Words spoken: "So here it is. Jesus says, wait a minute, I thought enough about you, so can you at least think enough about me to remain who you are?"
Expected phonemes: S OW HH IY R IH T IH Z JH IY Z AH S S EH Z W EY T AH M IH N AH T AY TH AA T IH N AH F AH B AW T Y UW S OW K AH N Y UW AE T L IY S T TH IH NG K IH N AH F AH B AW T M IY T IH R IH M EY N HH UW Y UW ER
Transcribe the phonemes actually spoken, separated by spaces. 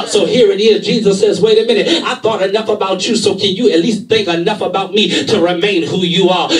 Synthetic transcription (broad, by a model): S OW HH IY R IH T IH Z JH IY Z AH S S EH Z W EY T AH M IH N AH T AY TH AA T IH N AH F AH B AW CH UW S OW K AH N Y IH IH T L IY S T TH IH NG K IH N AH F AH B AW T M IY T IH R IH M EY N HH UW Y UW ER